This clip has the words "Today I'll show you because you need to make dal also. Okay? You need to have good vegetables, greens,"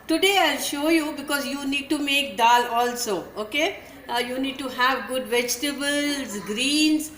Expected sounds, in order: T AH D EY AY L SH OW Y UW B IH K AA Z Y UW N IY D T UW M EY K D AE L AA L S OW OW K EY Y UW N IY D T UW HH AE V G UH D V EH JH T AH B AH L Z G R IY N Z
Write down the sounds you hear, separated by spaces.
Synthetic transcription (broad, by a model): T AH D EY AY L SH OW Y UW B IH K AA Z Y UW N IY D T UW M EY K D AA L AA L S OW OW K EY Y UW N IY D T UW HH AE V G UH D V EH JH T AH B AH L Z G R IY N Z